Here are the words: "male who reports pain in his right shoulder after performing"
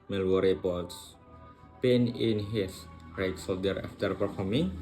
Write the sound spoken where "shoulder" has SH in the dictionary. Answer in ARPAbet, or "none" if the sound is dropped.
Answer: S